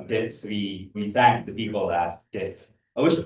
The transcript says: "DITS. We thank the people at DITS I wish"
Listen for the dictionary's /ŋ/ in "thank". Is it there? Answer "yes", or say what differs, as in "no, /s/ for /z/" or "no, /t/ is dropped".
yes